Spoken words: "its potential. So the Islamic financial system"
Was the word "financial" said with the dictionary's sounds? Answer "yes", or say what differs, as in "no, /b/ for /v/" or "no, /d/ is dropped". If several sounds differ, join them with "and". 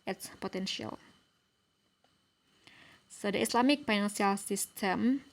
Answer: no, /s/ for /ʃ/